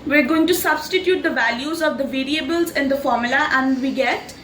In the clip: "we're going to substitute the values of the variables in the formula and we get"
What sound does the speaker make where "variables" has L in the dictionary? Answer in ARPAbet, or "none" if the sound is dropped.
L